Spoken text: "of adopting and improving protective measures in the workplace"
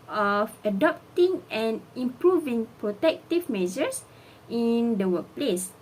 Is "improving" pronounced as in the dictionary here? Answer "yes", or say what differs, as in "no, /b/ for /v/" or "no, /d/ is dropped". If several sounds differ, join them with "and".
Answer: yes